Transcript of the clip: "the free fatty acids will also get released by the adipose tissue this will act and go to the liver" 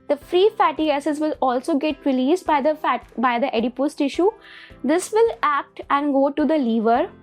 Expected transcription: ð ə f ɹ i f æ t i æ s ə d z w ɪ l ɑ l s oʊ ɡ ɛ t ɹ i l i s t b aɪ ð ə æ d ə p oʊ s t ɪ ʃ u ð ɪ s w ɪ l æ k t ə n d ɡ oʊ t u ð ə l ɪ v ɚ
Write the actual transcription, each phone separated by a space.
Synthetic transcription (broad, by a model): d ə f ɹ i f æ t i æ s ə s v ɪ l ɑ l s oʊ ɡ ɛ t ɹ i l i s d b aɪ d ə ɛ d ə p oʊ s t ɪ ʃ u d ɪ s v ɪ l æ k t ə n d ɡ oʊ t u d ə l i v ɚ